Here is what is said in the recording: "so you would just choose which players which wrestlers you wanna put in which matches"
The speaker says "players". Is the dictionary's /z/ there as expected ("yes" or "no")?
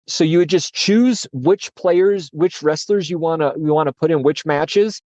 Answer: yes